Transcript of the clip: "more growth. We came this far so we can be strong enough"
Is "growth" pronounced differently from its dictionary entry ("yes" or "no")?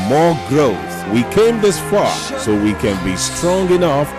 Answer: no